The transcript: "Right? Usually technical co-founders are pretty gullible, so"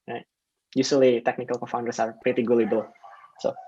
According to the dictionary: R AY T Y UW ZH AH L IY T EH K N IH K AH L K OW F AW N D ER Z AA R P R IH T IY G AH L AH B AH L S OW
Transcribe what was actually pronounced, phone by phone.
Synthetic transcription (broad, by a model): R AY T Y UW S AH L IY T EH K N IH K AH L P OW F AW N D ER S AA R P R IH T IY G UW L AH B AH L S OW